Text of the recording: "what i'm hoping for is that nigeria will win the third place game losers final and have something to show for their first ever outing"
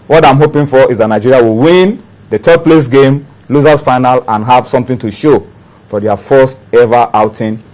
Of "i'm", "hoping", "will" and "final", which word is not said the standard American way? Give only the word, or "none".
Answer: none